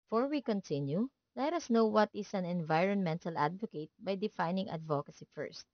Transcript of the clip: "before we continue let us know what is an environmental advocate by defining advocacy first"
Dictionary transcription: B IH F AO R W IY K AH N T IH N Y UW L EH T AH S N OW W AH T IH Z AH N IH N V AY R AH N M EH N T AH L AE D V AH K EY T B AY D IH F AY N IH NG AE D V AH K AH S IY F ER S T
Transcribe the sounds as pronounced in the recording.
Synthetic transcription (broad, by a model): F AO R W IY K AH N T IH N Y UW L EH T AH S N OW W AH T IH S AH N IH N V AY R AH N M EH N T AH L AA D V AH K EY T B AY D IH F AY N IH NG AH D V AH K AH S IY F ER S T